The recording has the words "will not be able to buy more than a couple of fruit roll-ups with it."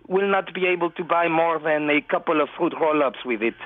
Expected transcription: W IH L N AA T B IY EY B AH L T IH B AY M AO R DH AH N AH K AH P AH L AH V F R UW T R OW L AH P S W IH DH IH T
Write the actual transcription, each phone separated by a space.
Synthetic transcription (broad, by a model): W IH L N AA T B IY EY B AH L T IH B AY M AO R DH AH N AH K AH P AH L AH V F UW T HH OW L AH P S W IH DH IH T